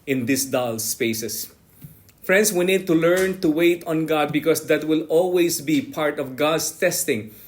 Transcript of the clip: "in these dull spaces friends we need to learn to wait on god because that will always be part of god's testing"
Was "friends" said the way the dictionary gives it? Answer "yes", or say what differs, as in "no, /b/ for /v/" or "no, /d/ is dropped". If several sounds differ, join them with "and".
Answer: no, /s/ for /z/